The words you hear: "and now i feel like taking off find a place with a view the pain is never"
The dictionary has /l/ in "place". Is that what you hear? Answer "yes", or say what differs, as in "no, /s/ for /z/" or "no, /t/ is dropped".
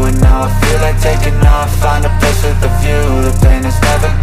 no, /l/ is dropped